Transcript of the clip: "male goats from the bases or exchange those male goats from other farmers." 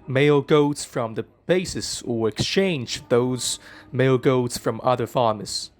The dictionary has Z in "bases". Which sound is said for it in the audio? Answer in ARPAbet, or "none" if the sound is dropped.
S